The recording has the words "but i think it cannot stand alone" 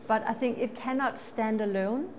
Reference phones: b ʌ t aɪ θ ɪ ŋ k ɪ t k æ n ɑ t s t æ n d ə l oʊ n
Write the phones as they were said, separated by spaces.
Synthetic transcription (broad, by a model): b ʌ t aɪ θ ɪ ŋ k ɪ t k æ n ɑ t s t æ n d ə l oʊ n